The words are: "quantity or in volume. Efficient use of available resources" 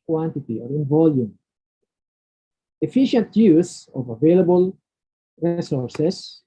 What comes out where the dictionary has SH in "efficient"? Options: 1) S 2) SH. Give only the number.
2